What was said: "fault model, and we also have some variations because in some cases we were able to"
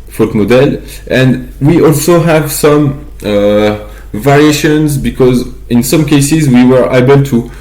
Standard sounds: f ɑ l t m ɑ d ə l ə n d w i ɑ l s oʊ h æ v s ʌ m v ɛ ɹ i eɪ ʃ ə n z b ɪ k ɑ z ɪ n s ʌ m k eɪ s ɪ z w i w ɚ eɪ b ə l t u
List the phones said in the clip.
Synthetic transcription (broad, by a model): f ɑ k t m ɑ d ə l ə n d w i ɑ l s oʊ h æ v s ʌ m v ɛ ɹ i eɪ ʃ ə n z b ɪ k ɑ z ɪ n s ʌ m k eɪ s ɪ z w i w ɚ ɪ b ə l t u